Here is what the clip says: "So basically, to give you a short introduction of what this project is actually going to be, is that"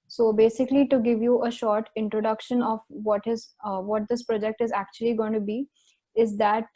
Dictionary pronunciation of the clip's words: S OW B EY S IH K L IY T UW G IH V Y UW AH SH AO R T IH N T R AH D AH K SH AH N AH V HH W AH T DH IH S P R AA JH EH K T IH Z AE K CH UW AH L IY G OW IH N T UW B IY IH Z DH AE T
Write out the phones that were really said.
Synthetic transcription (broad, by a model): S OW B EY S IH K L IY T UW G IH V Y UW AH SH AO R T IH N T R AH D AH K SH AH N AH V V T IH T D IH S P R AA JH EH K T IH Z AE K CH UW AH L IY G OW IH N T UW B IY IH Z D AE T